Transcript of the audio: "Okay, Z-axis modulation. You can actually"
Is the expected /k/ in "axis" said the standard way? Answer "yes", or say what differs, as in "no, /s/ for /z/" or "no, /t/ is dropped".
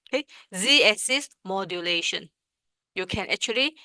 no, /k/ is dropped